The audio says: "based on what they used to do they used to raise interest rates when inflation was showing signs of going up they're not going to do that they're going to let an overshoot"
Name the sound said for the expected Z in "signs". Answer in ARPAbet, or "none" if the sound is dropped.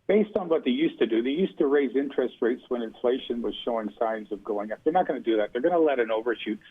Z